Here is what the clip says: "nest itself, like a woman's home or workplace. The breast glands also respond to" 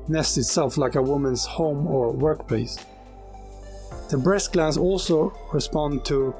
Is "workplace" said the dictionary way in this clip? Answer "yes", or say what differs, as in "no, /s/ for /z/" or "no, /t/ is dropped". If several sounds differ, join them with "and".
yes